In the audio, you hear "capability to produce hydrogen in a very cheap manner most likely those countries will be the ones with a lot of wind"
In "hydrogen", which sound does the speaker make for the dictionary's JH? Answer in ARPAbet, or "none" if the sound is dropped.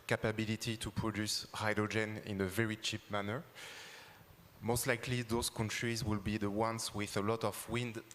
JH